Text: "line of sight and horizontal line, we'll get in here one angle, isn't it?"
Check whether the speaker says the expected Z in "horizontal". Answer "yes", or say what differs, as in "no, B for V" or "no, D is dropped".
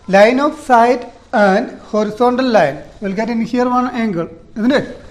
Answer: no, S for Z